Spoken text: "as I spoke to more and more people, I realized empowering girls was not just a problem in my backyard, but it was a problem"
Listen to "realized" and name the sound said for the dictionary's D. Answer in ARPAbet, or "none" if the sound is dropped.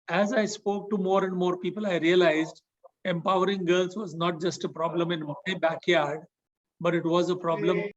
D